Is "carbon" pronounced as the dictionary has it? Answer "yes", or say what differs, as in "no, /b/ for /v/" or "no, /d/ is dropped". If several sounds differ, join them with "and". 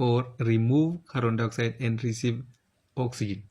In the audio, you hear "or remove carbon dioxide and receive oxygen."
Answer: no, /b/ is dropped